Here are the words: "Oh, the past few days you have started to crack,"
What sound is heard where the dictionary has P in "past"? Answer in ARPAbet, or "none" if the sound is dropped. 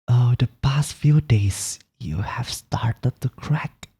P